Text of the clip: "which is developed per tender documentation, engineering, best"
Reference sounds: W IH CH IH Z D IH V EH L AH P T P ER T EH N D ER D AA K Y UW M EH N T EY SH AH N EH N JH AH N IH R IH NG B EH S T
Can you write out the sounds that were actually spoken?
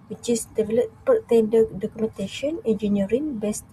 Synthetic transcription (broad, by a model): W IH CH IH S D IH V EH L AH T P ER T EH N D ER D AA K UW M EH N T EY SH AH N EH N JH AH N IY R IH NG B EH S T